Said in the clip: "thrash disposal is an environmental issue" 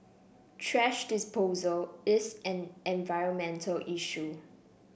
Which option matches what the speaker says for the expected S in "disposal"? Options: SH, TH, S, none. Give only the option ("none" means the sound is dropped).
S